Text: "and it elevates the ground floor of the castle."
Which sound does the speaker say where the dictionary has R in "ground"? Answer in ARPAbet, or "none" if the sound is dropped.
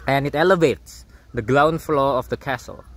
L